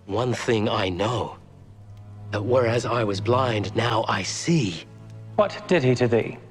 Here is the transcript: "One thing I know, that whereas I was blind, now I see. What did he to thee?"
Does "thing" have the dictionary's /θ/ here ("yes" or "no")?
yes